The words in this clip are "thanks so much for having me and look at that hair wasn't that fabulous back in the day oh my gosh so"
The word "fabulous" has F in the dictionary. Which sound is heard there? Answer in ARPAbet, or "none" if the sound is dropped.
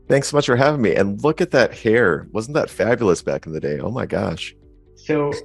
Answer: F